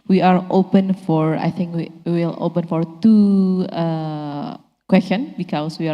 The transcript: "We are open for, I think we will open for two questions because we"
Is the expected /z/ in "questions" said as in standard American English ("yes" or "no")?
no